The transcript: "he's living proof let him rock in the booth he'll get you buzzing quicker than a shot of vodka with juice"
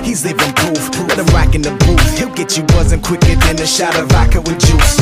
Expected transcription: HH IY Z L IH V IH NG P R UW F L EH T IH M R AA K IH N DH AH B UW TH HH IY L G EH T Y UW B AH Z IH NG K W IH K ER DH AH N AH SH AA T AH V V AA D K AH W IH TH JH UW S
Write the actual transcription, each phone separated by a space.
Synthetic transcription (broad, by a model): HH IY Z L IH V IH NG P UW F L EH T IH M R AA K IH N DH AH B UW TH HH IY L G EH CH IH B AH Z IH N K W IH K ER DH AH N AH SH AA T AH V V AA K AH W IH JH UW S